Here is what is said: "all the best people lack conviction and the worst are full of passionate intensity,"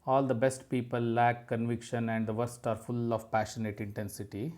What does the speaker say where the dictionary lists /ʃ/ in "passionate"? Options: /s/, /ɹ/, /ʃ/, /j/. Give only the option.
/ʃ/